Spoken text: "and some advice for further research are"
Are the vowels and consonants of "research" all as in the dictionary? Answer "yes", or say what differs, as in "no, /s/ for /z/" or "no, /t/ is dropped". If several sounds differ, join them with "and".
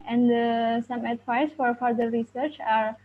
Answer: yes